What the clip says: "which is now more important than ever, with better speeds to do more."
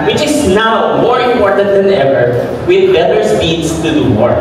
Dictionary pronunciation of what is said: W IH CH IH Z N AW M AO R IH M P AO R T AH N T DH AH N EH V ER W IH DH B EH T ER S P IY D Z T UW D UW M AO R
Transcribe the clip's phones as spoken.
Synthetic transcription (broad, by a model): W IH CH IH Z N AW M AO R IH M P AO R T AH N T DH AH N EH V ER W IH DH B EH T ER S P IY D S T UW D UW M AO R